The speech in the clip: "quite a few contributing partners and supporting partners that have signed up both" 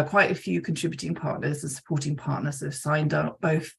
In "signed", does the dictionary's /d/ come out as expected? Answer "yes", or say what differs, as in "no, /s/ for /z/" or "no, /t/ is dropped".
yes